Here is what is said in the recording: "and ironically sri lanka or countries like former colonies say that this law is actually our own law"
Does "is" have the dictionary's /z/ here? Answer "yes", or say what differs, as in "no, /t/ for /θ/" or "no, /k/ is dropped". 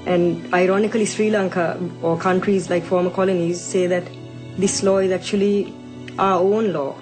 yes